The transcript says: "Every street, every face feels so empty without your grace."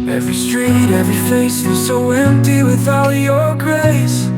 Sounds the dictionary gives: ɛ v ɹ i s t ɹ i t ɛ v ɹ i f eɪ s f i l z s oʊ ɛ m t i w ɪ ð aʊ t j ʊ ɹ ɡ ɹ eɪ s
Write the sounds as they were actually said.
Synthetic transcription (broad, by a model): ɛ v ɹ i s t ɹ i t ɛ v ɹ i f eɪ s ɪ z s oʊ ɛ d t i w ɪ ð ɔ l j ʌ ɹ ɡ ɹ eɪ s